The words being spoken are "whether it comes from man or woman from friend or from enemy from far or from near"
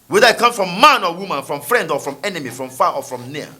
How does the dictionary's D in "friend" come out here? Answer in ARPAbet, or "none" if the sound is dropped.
D